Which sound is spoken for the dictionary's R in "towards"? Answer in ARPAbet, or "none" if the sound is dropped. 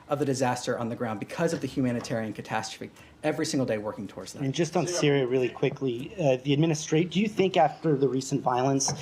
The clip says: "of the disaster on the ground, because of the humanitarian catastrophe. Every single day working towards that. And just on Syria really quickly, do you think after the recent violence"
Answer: R